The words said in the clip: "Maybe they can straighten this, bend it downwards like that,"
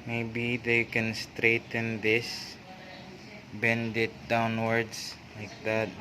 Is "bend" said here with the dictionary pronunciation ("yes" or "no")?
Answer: yes